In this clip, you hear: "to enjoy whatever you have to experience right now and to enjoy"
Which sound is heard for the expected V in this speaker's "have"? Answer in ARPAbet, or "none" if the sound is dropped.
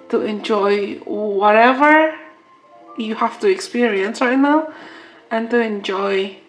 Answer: F